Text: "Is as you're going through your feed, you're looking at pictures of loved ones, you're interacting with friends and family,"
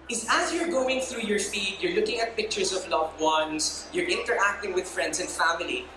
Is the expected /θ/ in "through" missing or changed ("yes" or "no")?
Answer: no